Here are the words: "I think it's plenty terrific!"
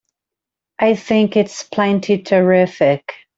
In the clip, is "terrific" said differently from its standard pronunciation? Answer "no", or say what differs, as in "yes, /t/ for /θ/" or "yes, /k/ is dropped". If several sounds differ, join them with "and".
no